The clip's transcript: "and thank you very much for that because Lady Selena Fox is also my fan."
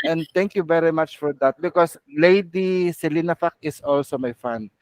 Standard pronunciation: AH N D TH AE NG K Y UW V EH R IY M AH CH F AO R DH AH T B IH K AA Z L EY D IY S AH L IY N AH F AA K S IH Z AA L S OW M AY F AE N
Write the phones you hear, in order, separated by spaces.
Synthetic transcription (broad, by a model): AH N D T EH NG K Y UW V EH R IY M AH CH F AO R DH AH T B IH K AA S L EY D IY S AH L IY N AH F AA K IH S AA L S OW M AY F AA N